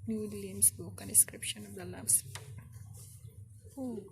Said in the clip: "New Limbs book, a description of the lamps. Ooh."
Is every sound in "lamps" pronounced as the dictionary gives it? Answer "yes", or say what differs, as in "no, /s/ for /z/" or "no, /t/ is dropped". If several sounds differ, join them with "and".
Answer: no, /p/ is dropped